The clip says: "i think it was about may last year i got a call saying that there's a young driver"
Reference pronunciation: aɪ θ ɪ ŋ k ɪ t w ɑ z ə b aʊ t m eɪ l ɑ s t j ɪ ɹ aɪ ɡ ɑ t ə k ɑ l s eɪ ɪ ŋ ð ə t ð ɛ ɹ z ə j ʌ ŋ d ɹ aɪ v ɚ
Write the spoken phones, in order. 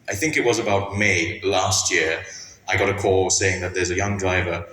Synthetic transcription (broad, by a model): aɪ θ ɪ ŋ k ɪ t w ɑ z ə b aʊ t m eɪ l ɑ s t j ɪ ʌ aɪ ɡ ɑ t ə k ɑ l s eɪ ɪ ŋ ð ə t ð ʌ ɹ z ə j ʌ ŋ d ɹ aɪ v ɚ